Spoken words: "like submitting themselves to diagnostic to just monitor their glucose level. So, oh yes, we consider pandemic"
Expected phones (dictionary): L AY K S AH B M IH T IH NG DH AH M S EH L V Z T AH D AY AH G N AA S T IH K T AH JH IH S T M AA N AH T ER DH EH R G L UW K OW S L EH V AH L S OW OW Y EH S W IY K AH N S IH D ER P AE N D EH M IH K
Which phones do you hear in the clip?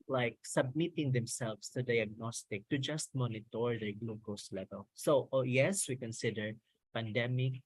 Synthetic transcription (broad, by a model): L AY K S AH B M IH T IH NG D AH M S EH L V S T AH D AY AH G N AA S T IH K T AH JH IH S T M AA N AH T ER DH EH R G L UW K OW S L EH V AH L S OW OW Y EH S W IY K AH N S IH D ER P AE N D EH M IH K